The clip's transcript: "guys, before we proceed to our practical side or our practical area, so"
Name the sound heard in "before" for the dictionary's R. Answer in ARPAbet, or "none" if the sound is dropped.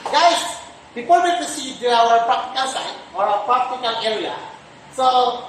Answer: L